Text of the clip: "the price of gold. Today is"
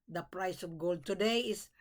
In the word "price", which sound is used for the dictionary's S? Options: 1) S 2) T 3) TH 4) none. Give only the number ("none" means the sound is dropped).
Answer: 1